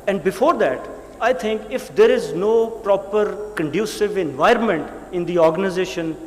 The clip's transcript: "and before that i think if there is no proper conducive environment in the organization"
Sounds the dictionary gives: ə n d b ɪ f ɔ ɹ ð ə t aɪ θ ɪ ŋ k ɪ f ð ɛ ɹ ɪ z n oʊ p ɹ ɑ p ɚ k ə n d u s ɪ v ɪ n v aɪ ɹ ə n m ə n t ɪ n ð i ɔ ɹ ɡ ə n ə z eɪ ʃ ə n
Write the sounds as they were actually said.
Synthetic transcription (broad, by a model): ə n d b ɪ f ɔ ɹ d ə t aɪ t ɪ ŋ k ɪ f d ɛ ɹ ɪ z n oʊ p ɹ ɑ p ɚ k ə n d u s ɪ v ɪ n v aɪ ɹ ə n m ə n t ɪ n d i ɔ ɹ ɡ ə n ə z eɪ ʃ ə n